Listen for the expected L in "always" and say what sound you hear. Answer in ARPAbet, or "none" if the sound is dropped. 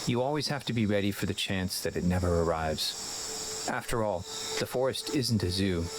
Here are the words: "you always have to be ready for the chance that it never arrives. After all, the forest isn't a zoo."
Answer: L